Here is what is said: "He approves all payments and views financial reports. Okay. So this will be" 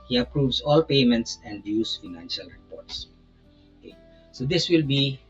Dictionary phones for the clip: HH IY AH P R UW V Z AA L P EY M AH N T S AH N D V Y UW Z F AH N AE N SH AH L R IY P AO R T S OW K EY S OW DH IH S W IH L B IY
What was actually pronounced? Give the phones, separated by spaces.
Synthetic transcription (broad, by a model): HH IY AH P R UW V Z AA L P EY M AH N T S AH N D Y UW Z F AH N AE N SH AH L R IY P AO R T S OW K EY S OW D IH S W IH L B IY